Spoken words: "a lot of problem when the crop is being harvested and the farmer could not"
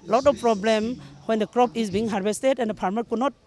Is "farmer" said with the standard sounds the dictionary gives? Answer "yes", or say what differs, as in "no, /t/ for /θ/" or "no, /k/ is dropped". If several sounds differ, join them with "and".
no, /p/ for /f/